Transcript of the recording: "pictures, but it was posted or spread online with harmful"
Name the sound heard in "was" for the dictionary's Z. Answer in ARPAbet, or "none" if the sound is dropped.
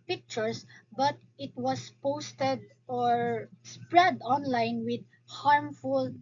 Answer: S